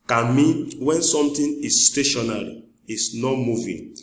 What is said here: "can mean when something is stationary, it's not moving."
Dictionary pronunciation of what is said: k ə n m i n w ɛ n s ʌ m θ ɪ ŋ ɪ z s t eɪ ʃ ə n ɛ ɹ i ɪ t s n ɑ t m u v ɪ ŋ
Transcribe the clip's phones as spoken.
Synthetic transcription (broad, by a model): k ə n m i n w ɛ n s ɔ m t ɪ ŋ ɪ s t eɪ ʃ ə n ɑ ɹ i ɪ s n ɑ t m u v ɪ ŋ